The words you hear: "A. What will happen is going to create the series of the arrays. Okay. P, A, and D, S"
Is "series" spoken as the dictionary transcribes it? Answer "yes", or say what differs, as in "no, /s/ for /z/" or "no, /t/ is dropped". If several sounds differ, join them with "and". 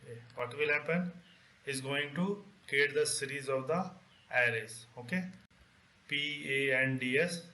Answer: yes